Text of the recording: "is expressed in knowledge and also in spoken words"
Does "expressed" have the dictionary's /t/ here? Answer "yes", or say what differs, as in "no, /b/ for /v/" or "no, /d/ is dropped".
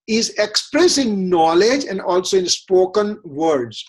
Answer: no, /t/ is dropped